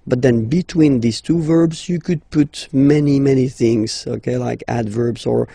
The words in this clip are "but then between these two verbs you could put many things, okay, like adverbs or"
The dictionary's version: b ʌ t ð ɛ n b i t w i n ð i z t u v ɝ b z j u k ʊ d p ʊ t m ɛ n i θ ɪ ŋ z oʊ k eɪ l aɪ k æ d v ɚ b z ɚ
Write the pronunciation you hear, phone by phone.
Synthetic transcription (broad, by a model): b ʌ t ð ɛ n b i t w i n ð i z t u v ɝ b z j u k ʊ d p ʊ t m ɛ n i θ ɪ ŋ z oʊ k eɪ l aɪ k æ d v ɚ b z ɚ